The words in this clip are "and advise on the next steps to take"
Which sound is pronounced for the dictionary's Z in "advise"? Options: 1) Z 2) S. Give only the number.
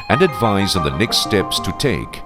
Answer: 1